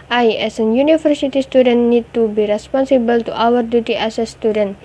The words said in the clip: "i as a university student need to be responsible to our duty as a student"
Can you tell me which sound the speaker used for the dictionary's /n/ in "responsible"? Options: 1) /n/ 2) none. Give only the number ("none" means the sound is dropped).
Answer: 1